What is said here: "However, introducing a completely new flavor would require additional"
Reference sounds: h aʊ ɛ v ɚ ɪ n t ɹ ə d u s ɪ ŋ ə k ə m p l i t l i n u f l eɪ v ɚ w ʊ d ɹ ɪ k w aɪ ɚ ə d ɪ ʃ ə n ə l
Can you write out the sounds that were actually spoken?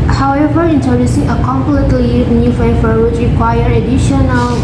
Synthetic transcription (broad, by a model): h aʊ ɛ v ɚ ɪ n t ə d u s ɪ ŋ ə k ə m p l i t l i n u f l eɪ f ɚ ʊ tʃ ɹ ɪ k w aɪ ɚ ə d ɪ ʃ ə n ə l